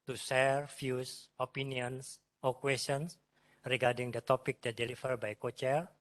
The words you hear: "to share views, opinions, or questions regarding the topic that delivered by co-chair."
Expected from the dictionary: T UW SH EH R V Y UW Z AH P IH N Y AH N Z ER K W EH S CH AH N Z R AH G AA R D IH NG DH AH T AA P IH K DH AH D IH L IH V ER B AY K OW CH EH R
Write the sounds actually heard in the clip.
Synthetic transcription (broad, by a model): T UW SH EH R F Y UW S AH P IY N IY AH N S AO K W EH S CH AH N S R AH G AA R D IH NG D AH T AA P IH K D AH D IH L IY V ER B AY K OW CH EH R